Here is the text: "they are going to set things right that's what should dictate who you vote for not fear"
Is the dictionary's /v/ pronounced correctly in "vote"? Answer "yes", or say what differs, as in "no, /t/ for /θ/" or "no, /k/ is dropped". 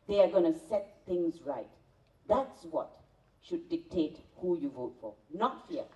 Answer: yes